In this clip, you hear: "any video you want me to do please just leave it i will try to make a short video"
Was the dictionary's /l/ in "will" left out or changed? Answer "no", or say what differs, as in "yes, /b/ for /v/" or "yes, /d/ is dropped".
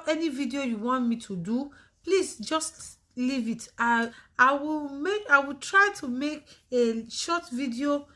yes, /w/ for /l/